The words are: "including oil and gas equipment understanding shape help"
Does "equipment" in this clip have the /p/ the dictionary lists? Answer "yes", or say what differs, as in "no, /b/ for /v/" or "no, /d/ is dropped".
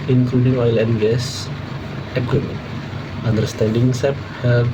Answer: no, /p/ is dropped